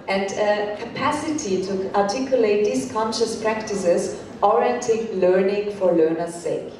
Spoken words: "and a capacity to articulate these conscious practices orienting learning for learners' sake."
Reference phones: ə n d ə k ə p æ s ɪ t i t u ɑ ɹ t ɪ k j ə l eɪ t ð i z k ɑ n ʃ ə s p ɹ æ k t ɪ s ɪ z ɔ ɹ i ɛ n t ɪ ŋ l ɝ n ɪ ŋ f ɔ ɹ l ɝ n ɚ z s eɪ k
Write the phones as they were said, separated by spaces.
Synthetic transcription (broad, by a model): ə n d ə k ə p æ s ɪ t i t u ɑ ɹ t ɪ k j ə l eɪ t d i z k ɑ n ʃ ə s p ɹ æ k t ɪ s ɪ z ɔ ɹ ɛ t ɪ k l ɝ n ɪ ŋ f ɔ ɹ l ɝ n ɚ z s eɪ k